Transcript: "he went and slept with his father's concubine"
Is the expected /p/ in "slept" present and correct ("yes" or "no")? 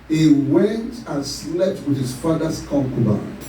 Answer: no